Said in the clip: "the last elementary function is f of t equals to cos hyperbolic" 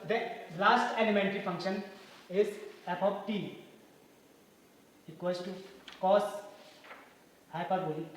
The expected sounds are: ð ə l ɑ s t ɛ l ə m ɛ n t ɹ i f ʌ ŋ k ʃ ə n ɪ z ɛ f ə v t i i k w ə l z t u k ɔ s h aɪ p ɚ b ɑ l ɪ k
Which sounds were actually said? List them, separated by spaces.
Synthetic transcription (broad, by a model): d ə l ɑ s t ɛ l ə m ɛ n t ɹ i f ʌ ŋ k ʃ ə n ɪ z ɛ p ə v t i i k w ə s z t u k ɔ s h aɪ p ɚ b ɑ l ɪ